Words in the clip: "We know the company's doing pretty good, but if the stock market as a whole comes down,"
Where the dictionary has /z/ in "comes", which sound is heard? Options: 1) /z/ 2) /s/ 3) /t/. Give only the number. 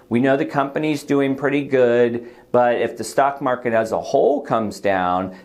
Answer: 1